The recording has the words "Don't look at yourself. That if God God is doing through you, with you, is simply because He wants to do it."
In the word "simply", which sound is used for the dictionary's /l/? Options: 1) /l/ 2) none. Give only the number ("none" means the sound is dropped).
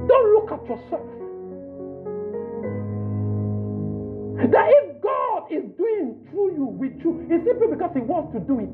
2